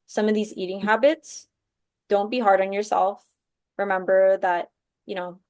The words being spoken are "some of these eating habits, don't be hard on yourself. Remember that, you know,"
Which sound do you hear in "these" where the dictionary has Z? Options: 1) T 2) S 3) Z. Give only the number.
3